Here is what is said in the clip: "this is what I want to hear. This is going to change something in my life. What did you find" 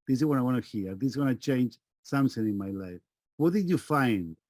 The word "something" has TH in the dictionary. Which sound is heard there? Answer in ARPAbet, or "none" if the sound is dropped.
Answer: S